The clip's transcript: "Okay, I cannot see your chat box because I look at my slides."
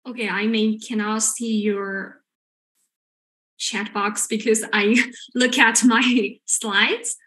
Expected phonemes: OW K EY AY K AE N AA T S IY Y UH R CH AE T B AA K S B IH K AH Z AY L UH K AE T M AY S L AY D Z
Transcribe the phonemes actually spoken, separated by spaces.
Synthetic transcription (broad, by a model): OW K EY AY K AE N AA S IY Y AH R CH AE T B AA K S B IH K AH Z AY L UH K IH T M AY S L AY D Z